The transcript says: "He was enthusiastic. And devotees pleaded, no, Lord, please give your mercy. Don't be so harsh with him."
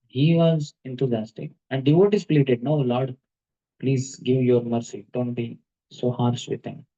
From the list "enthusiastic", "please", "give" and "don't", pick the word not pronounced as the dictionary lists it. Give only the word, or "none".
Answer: enthusiastic